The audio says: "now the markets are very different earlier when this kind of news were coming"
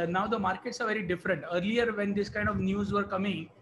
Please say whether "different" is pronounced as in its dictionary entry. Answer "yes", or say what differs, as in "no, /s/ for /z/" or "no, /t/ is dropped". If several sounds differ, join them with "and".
yes